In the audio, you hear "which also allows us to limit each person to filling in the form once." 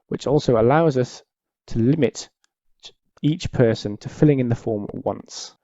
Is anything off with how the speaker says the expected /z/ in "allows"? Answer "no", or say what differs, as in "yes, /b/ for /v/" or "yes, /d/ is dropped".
no